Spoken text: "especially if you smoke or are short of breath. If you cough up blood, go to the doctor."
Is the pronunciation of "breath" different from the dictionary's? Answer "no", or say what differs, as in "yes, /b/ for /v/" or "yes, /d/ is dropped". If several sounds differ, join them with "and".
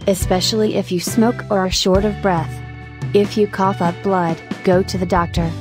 no